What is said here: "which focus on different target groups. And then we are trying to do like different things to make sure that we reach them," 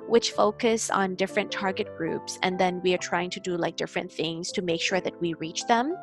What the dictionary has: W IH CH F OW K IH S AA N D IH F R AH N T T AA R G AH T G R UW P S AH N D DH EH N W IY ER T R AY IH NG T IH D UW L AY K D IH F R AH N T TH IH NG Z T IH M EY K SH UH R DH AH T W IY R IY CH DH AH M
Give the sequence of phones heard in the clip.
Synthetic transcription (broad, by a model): W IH CH F OW K IH S N D IH F R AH N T T AA R G AH T G R UW P S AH N DH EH N W IY ER T R AY IH NG T IH D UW L AY K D IH F R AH N TH IH NG Z T IH M EY K SH UH R DH AH T W IY R IY CH DH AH M